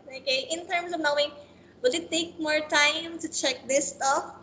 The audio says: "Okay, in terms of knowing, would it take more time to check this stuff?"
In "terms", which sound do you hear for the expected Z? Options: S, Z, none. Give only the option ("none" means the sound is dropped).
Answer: S